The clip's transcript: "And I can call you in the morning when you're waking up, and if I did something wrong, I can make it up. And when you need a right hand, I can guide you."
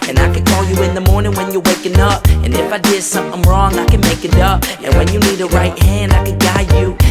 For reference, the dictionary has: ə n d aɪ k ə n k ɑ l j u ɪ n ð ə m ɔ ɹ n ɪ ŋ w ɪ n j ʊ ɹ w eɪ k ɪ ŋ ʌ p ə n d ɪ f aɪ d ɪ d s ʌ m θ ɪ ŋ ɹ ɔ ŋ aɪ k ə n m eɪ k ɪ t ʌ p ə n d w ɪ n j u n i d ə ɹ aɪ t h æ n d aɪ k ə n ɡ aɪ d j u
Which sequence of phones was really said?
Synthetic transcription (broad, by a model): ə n aɪ k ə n k ɑ l j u ɪ n ð ə m ɔ ɹ n ɪ ŋ w ɪ n j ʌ ɹ w eɪ k ɪ ŋ ʌ p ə n ɪ f aɪ d ɪ d s ʌ m θ ɪ ŋ ɹ ɔ ŋ aɪ k ə n m eɪ k ɪ t ʌ p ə n w ɪ n j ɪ n i d ə ɹ aɪ t h æ n d aɪ k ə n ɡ aɪ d j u